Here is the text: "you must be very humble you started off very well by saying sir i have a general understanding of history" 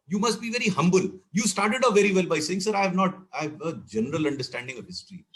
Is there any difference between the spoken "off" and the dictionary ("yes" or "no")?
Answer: yes